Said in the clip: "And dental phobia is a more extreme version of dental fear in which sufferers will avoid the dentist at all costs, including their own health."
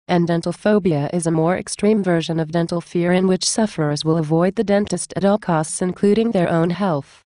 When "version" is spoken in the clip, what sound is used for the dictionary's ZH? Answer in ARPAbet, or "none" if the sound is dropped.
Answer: ZH